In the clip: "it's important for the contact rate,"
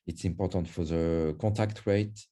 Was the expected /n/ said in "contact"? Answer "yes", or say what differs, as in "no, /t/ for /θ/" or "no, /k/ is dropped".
no, /n/ is dropped